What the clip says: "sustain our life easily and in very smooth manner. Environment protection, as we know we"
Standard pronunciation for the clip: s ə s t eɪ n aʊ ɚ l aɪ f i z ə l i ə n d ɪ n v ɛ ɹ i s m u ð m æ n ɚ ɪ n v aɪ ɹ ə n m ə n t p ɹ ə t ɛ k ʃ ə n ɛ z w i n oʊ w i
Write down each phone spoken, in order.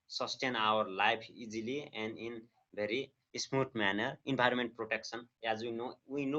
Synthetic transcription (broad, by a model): s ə s t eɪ n aʊ ɚ l aɪ p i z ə l i ə n d ɪ n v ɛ ɹ i s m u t m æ n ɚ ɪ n b aɪ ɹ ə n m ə n t p ɹ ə t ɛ k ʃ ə n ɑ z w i n oʊ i